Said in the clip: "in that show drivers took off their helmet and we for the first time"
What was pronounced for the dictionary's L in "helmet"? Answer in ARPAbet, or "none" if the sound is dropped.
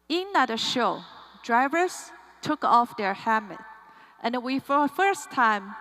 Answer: none